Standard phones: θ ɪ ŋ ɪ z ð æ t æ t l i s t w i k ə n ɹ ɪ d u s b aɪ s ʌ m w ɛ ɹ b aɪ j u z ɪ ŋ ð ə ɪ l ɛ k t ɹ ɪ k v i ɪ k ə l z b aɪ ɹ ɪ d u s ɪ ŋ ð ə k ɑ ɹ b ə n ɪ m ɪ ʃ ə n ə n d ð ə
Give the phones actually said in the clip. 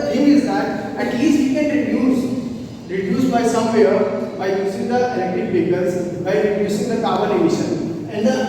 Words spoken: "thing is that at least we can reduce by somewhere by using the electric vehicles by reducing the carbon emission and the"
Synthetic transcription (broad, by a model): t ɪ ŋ ɪ z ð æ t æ t l i s t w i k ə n ɹ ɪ d u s b aɪ s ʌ m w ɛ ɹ b aɪ j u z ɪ ŋ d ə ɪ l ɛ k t ɪ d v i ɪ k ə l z b aɪ ɹ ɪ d u s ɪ ŋ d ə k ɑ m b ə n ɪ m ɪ ʃ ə n ə n d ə